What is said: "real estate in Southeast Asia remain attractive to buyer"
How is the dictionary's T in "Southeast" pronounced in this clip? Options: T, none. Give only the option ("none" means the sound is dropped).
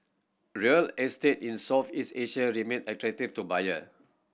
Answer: none